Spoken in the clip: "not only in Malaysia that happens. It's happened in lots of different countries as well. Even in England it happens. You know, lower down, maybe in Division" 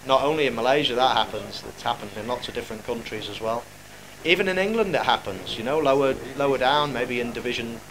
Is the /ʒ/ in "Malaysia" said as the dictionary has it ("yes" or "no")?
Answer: yes